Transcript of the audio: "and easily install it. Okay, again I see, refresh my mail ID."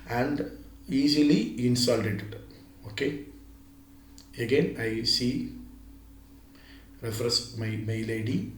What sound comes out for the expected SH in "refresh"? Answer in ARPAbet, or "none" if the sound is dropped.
S